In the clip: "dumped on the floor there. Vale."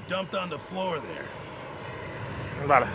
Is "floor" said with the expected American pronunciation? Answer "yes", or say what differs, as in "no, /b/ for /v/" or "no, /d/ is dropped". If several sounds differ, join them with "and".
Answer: yes